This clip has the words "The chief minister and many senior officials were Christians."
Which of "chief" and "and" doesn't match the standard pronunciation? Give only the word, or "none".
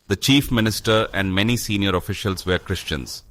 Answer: none